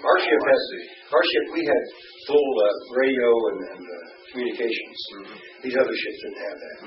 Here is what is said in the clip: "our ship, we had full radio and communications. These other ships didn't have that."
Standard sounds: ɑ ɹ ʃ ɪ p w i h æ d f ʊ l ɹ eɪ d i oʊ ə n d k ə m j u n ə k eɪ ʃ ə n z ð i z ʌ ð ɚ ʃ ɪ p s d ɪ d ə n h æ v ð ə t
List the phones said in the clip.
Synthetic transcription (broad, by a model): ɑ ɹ ʃ ɪ p w i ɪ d f ʊ l ɹ eɪ d i oʊ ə n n k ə m j u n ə k eɪ ʃ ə n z ð i z ʌ ð ɚ ʃ ɪ p s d ɪ d n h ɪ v ð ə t